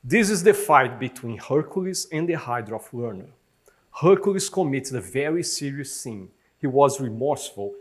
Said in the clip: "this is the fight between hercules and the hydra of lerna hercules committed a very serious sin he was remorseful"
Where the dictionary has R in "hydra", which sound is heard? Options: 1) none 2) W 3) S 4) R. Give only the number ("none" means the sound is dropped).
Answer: 4